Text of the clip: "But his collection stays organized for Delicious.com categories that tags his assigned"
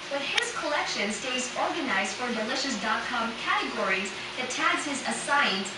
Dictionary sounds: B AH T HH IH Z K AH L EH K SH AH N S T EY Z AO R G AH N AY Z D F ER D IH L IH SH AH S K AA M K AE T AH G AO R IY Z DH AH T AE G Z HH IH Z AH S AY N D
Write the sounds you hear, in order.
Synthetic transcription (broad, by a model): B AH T HH IH Z K AH L EH K SH AH N S T EY Z AO R G AH N AY Z D F ER D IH L IH SH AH S K AA M K AE T AH G AO R IY Z DH AH T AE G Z HH IH Z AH S AY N